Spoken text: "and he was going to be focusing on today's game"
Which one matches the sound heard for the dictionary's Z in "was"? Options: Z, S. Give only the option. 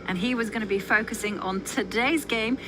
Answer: Z